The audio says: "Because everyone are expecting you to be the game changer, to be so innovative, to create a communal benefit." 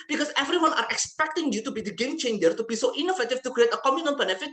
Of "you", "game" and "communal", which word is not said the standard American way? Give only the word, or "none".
communal